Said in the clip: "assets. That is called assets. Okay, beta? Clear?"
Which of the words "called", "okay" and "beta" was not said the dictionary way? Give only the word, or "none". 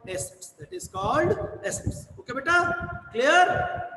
none